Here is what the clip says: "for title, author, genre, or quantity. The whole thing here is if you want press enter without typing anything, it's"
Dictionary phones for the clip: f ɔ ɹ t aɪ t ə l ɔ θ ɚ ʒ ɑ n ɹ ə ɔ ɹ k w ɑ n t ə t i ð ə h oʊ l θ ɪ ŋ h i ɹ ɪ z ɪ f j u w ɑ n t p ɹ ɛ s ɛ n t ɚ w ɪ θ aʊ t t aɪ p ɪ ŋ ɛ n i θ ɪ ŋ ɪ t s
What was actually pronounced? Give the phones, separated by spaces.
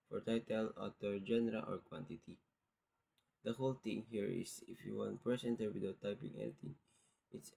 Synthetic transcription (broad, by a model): f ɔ ɹ t aɪ t ə l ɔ t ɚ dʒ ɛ n ɹ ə ɔ ɹ k w ɑ n t ə t i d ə h oʊ l t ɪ ŋ h i ɹ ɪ s ɪ f j u w ɑ n t p ɹ ɛ s ɛ n t ɚ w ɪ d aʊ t t aɪ p ɪ ŋ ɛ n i t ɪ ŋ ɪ t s